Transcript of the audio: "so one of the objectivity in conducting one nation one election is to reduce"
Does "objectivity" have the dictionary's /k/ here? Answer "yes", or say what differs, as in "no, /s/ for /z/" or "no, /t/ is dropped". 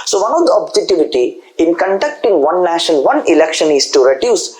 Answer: no, /k/ is dropped